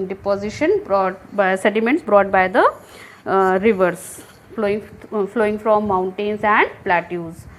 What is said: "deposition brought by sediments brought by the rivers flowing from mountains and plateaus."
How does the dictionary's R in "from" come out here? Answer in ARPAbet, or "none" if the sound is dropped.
L